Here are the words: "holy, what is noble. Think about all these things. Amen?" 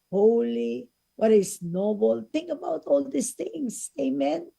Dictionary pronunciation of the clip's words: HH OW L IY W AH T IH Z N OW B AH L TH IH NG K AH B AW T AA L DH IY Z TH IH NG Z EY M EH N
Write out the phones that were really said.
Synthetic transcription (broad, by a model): HH OW L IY W AH T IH S N OW B AH L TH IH NG K AH B AW T AA L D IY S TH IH NG S EY M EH N